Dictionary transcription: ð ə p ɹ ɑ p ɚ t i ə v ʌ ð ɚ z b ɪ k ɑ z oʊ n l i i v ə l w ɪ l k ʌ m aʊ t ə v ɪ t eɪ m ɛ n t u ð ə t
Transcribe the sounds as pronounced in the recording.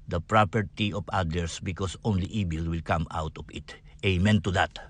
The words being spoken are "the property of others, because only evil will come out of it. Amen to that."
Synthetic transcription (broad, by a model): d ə p ɹ ɑ p ɚ t i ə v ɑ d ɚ s b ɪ k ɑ s oʊ n l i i b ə l w ɪ l k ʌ m aʊ t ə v ɪ t eɪ m ɛ n t u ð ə t